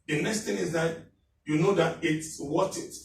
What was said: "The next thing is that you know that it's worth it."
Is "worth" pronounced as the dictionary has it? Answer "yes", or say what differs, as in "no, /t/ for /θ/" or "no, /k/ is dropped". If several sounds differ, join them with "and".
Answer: no, /t/ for /θ/